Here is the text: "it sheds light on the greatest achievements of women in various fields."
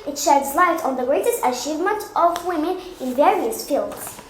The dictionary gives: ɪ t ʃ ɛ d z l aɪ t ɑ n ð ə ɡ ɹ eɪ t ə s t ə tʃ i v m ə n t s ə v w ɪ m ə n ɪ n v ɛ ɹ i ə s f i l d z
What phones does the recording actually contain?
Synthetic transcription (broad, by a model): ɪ t ʃ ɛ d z l aɪ t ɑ n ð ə ɡ ɹ eɪ t ə s t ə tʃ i v m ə n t ə v w ɪ m ə n ɪ n v ɛ ɹ i ə s f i l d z